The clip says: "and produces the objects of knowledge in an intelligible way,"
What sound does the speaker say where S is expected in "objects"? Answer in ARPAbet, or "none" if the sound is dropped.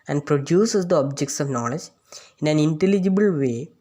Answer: S